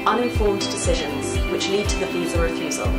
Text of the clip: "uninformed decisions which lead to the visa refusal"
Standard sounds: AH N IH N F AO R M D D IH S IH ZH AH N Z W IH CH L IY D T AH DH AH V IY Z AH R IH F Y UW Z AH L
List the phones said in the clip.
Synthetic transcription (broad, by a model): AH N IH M F AO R M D D IH S IH ZH AH N Z W IH CH L IY D T AH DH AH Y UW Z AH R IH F Y UW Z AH L